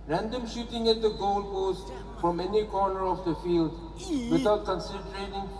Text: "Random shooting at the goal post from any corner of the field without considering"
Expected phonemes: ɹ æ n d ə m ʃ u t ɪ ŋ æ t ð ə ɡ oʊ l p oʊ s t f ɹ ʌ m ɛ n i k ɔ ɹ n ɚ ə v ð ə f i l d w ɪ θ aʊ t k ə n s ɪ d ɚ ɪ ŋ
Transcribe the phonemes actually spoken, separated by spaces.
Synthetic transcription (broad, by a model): ɹ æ n d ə m ʃ u t ɪ ŋ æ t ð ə ɡ oʊ l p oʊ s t f ɹ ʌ m ɛ n i k ɔ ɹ n ɚ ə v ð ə f i l d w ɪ t aʊ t k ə n s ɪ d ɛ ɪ ŋ